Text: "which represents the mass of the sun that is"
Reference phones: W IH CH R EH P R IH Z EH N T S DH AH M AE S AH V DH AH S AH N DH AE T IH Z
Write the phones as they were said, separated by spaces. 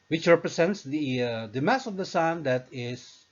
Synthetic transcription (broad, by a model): W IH CH R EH P R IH S EH N T S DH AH M AE S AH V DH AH S AH N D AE T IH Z